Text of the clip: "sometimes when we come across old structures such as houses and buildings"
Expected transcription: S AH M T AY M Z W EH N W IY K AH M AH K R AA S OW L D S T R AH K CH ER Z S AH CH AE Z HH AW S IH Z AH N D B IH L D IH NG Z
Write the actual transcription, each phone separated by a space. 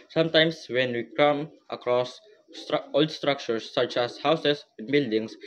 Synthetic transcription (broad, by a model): S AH M T AY M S W EH N W IY K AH M AH K R AA S OW L D S T R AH K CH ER S AH CH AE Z HH AW S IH S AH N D B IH L D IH NG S